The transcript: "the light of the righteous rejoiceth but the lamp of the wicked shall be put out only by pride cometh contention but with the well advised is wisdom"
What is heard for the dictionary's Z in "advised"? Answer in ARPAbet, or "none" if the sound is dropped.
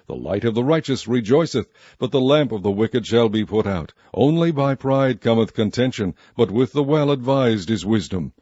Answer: Z